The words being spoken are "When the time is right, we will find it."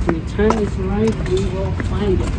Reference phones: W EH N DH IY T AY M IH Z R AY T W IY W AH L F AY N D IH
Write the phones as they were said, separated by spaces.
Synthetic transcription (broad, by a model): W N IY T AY IH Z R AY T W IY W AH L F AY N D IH